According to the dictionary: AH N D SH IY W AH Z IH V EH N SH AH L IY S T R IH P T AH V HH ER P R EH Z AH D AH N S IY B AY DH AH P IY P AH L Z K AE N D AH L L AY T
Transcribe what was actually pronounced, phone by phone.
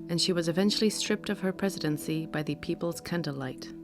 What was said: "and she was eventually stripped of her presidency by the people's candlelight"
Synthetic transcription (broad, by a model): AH N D SH IY W AH Z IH V EH N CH L IY S T R IH P T AH V ER P R EH Z AH D AH N S IY B AY DH AH P IY P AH L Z K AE N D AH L L AY T